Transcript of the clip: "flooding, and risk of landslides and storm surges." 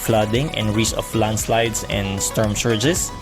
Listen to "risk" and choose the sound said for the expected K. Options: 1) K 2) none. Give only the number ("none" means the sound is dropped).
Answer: 2